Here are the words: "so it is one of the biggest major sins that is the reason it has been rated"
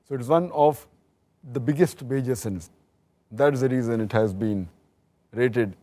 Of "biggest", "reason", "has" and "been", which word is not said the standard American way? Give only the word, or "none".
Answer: none